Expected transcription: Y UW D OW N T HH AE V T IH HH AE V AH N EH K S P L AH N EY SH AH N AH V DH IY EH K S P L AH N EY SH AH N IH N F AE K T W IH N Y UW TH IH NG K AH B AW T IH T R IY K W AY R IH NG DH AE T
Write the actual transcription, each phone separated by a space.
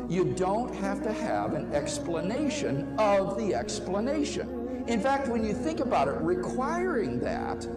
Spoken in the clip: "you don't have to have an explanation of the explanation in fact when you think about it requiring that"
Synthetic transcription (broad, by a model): Y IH D OW N T HH AE F T IH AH V AH N EH K S P L AH N EY SH AH N AH V DH IY EH K S P L AH N EY SH AH N IH N F AE K T W IH N Y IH TH IH NG K AH B AW T IH T R IY K W AY R IH NG DH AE T